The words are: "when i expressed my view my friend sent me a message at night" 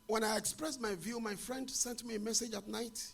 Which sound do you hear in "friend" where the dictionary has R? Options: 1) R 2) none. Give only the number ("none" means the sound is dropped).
1